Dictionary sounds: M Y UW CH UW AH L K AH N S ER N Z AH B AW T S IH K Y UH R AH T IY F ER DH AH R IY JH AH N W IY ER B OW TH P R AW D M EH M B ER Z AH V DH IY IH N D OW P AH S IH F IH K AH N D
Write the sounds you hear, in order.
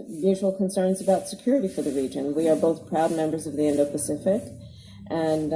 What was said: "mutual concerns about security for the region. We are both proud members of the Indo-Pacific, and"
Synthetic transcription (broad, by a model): M Y UW CH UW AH L K AH N S ER N Z AH B AW T S IH K Y UH R AH T IY F ER DH AH R IY JH AH N W IY ER B OW TH P R AW D M EH M B ER Z AH V DH IY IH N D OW P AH S IH F IH K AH N